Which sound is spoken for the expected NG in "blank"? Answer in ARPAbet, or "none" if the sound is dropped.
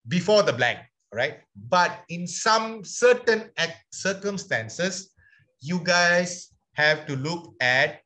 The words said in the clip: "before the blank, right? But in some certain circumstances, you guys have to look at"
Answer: none